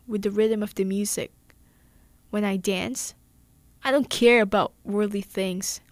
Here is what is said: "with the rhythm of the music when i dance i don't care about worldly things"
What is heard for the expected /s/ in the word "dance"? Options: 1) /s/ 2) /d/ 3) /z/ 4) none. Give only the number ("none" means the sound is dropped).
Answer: 1